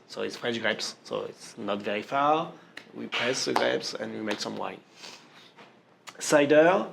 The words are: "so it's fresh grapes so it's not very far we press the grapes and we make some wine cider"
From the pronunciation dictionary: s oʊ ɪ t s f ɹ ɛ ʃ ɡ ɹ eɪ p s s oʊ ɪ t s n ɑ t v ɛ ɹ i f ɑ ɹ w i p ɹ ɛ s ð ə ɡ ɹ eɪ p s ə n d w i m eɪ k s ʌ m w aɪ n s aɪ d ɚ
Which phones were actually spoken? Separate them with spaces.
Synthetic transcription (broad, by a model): s oʊ ɪ t s p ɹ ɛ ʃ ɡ ɹ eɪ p s s oʊ ɪ t s n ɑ t v ɛ ɹ i f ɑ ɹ w i p ɹ ɛ s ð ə ɡ ɹ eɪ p s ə n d w i m eɪ k s ʌ m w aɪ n s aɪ d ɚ